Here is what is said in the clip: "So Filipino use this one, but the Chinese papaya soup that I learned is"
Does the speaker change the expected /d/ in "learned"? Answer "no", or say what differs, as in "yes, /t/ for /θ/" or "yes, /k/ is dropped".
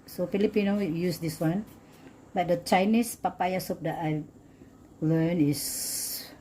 yes, /d/ is dropped